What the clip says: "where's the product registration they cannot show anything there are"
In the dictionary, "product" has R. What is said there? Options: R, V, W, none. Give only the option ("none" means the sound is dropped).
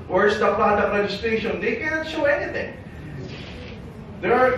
none